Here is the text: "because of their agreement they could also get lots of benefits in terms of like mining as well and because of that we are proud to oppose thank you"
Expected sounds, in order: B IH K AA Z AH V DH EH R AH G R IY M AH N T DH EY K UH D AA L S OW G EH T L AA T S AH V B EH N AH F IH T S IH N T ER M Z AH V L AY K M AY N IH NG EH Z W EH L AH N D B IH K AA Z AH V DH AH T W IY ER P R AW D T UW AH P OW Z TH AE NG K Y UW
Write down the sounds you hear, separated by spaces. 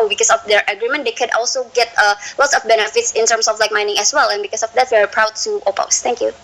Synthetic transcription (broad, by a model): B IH K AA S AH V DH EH R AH G R IY M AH N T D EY K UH D AA L S OW G EH T L AA T S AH F B EH N AH F IH T S IH N T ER M S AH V L AY K M AY N IH NG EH S W EH L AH N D B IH K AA S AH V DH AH T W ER P R AW D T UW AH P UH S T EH NG K Y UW